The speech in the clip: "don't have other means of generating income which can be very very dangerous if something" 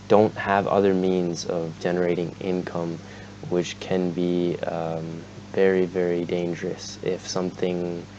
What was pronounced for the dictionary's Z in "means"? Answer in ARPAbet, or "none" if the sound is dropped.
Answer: Z